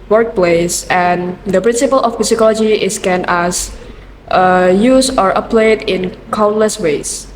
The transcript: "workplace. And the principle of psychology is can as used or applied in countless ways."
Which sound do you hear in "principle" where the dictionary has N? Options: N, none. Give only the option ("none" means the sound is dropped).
N